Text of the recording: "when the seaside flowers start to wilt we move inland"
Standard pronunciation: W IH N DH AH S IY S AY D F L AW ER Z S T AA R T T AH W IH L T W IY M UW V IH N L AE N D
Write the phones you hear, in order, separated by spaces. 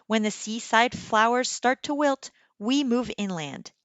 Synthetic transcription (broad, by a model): W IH N DH AH S IY S AY D F L AW ER Z S T AA R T T AH W IH L T W IY M UW V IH N L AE N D